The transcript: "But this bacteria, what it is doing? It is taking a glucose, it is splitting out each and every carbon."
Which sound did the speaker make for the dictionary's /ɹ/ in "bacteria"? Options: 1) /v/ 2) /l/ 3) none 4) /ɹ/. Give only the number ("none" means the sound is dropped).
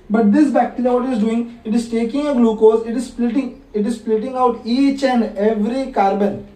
2